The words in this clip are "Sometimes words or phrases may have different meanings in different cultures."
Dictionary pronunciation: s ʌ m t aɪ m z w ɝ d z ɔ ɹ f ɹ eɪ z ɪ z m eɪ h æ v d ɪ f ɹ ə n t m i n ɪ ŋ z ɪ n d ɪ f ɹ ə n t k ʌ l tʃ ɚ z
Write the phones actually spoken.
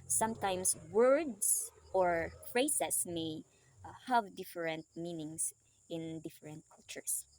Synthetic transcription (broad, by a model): s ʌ m t aɪ m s w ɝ d s ɔ ɹ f ɹ eɪ s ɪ s m eɪ h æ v d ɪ f ɹ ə n t m i n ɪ ŋ s ɪ n d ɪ f ɹ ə n t k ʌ l tʃ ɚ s